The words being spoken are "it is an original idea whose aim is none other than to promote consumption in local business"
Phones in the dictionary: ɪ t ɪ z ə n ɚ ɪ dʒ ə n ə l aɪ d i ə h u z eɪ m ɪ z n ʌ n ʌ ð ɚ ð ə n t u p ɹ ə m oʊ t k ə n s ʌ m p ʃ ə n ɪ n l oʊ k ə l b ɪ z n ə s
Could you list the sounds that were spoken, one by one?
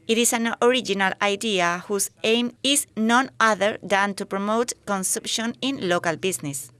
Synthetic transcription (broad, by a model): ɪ t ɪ s ə n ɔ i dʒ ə n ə l aɪ d i ə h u s eɪ m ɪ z n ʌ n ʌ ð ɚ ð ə n t u p ɹ ə m oʊ t k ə n s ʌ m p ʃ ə n ɪ n l oʊ k ə l b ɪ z n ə s